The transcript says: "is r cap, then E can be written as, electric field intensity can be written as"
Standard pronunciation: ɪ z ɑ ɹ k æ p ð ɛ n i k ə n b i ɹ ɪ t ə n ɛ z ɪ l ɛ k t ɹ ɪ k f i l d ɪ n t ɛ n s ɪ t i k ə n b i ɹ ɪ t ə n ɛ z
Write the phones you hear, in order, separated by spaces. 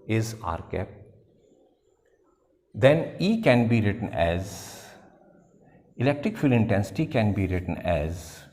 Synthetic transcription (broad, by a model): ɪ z ɑ ɹ k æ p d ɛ n i k ə n b i ɹ ɪ t ə n ɛ z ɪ l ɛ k t ɹ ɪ k f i l ɪ n t ɛ n s ɪ t i k ə n b i ɹ ɪ t ə n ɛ z